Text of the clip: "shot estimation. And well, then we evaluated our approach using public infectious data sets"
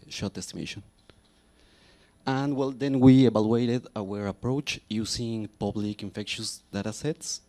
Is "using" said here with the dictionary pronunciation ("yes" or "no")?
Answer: no